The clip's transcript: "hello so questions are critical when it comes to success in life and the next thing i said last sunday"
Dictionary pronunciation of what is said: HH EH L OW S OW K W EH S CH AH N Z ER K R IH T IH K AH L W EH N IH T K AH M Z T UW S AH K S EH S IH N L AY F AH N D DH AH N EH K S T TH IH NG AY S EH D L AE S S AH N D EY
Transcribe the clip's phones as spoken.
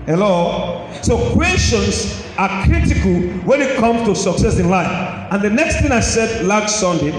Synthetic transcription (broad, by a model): HH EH L OW S OW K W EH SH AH N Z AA K R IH T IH K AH L W EH N IH T K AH M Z T UW S AH K S EH S IH N L AY F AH N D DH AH N EH K S T TH IH NG AY S EH D L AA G S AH N D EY